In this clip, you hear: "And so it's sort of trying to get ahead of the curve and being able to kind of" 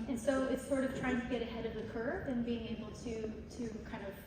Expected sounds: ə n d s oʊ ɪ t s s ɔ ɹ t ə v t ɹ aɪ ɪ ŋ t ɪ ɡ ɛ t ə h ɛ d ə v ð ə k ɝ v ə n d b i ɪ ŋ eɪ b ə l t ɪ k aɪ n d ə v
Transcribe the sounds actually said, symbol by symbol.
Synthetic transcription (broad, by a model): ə n s oʊ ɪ t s s ɔ ɹ t ə v t ɹ aɪ ɪ ŋ t ɪ ɡ ɛ t ə h ɛ d ə v ð ə k ɝ p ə n b i ɪ ŋ eɪ b l t ɪ k aɪ n d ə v